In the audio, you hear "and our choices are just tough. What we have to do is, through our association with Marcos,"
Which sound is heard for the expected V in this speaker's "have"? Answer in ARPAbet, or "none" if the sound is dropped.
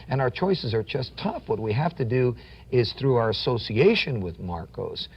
F